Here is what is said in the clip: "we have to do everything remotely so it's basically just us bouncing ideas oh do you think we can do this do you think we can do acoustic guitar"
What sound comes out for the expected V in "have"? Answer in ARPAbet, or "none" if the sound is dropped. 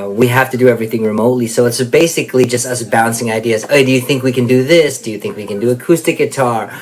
F